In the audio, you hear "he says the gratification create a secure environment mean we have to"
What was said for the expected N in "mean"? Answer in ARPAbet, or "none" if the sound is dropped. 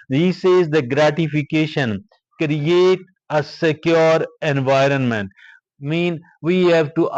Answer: N